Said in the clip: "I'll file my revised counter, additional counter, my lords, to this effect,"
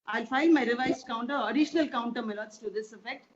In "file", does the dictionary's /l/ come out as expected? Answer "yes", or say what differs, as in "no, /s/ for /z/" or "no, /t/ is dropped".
no, /n/ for /l/